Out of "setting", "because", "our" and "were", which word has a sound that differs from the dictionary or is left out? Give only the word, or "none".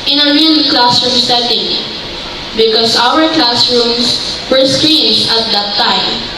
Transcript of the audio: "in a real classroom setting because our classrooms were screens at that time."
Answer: because